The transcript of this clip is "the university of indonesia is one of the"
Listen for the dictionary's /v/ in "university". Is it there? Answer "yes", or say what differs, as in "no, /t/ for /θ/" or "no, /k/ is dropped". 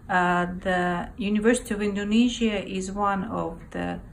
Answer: yes